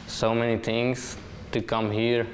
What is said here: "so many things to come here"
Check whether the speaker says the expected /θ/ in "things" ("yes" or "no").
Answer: no